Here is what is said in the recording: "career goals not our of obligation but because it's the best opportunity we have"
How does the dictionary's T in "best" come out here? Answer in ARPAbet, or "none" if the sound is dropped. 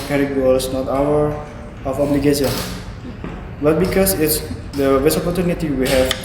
none